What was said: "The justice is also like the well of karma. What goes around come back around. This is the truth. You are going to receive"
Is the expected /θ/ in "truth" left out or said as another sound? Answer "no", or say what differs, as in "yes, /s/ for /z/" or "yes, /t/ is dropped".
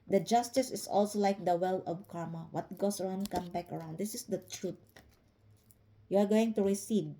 yes, /t/ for /θ/